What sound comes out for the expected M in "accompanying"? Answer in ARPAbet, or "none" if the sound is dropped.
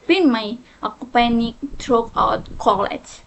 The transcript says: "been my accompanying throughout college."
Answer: none